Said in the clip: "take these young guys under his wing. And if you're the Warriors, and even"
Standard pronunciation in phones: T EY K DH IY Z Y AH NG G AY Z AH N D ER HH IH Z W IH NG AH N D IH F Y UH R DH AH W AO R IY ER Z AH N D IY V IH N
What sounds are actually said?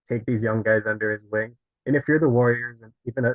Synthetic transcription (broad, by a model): T EY K DH IY Z Y AH NG G AY Z AH N D ER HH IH Z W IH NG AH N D IH F Y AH R DH AH W AO R IY ER Z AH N IY V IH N